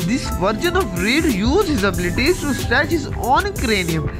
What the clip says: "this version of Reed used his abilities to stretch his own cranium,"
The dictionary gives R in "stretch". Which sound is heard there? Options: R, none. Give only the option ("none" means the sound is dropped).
none